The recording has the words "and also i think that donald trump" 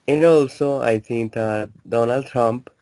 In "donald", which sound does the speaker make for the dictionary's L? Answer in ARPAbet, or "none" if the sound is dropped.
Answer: L